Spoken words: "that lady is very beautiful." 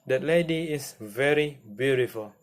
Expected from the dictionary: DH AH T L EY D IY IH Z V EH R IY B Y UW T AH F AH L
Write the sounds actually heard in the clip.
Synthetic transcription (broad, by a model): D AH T L EY D IY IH S V EH R IY B Y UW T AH F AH L